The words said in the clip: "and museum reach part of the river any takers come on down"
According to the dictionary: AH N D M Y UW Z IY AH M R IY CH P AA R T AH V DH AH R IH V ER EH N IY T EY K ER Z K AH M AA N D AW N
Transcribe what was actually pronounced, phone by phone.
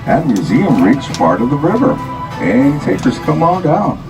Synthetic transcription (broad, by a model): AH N M Y UW Z IY AH M R IY CH P AA R T AH V DH AH R IH V ER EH N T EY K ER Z K AH M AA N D AW N